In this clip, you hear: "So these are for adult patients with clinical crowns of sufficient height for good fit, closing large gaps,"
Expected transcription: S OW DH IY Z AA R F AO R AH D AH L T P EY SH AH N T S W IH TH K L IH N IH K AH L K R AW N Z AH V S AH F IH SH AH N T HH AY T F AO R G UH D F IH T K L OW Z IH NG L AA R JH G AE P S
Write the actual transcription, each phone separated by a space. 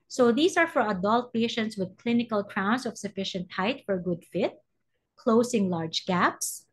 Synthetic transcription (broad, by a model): S OW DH IY S AA R F AO R AH D AH L T P EY SH AH N T S W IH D K L IH N IH K AH L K R AW N S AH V S AH F IH SH AH N T HH AY T F AO R G UH D F IH T K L OW S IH NG L AA R JH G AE P S